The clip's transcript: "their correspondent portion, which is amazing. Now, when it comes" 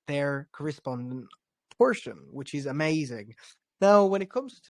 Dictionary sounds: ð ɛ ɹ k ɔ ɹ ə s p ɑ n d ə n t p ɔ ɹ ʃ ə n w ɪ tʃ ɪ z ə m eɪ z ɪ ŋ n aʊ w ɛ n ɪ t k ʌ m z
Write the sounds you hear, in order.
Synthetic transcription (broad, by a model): ð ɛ ɹ k ɔ ɹ ə s p ɑ n d ə n t p ɔ ɹ ʃ ə n w ɪ tʃ ɪ z ə m eɪ z ɪ ŋ n aʊ w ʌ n ɪ t k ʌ m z